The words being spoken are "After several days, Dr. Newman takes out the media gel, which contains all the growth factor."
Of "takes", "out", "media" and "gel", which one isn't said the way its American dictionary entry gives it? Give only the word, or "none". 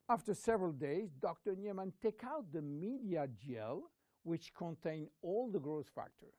takes